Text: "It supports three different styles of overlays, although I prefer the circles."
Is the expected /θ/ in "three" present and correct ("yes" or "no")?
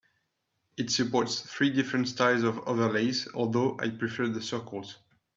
yes